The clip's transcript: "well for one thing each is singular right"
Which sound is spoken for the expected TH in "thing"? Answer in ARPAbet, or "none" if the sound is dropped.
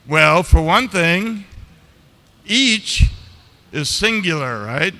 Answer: TH